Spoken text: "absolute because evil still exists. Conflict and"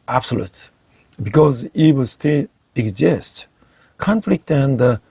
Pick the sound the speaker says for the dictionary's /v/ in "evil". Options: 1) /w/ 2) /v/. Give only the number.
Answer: 1